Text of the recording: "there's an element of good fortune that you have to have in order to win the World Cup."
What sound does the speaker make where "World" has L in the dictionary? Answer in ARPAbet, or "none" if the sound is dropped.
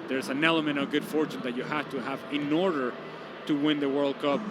L